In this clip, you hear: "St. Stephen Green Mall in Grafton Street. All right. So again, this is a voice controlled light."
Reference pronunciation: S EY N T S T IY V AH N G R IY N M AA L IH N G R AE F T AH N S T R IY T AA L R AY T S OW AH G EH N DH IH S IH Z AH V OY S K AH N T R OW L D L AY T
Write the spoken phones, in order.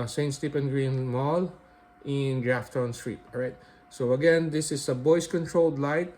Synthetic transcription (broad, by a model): S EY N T S T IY P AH N G R IY N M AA L IH N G R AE F T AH N S T R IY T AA R AY T S OW AH G EH N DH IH S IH S AH B OY S K AH N T R OW L D L AY T